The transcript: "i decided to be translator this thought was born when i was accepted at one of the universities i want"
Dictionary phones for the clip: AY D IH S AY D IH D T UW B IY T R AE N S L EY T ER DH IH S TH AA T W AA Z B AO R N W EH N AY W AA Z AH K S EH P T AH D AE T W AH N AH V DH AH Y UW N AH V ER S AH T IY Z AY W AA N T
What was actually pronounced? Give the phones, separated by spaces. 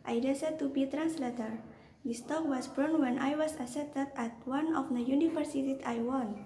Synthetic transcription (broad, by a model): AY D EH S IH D T UW B IY T R AE N S L EY T ER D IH S T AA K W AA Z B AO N W EH N AY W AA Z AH S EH T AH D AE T W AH N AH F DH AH Y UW N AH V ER S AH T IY S AY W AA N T